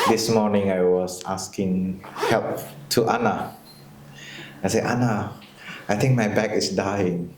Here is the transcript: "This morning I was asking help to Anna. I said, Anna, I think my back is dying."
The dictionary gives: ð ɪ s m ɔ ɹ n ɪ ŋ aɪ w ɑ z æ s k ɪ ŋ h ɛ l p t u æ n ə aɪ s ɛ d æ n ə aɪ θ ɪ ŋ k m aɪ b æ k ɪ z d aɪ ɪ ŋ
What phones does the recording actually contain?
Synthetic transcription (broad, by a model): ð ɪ s m ɔ n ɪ ŋ aɪ w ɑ s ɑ s k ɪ ŋ h ɛ l p t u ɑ n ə aɪ s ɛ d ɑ n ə aɪ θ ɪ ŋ k m aɪ b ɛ k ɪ s d aɪ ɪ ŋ